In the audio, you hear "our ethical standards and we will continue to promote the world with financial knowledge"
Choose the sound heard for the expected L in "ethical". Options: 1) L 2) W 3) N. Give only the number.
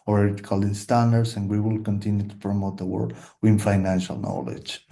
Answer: 3